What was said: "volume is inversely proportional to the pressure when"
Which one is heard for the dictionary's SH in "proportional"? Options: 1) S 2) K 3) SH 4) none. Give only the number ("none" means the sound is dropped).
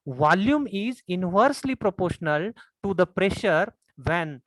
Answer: 3